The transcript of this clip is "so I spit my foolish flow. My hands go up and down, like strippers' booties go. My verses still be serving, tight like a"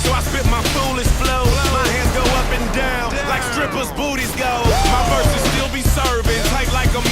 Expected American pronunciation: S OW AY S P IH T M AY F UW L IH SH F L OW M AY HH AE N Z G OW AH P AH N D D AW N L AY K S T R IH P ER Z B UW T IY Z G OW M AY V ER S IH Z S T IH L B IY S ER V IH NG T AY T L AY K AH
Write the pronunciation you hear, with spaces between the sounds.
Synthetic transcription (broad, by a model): S OW AY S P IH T M AY F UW L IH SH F L OW M AY HH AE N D G OW AH P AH N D D AW N L AY K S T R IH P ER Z B UW T IY Z G OW M AY F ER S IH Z S T IH L B IY S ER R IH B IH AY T L AY K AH